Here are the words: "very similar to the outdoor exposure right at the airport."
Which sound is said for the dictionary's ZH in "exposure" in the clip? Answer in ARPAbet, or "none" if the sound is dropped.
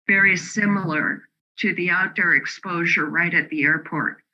ZH